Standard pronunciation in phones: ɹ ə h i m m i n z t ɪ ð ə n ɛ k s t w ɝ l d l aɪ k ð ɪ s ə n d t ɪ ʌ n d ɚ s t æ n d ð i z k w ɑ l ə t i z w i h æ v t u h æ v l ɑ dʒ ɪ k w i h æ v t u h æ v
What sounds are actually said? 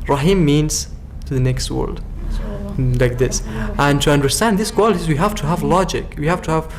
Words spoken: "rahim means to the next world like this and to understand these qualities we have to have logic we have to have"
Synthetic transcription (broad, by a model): ɹ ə h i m m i n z t ɪ ð ə n ɛ k s t w ɝ l d l aɪ k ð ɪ s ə n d t ɪ ʌ n d ɚ s t æ n d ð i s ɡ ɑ l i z w i h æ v t u h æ v l ɑ dʒ ɪ k w i h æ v t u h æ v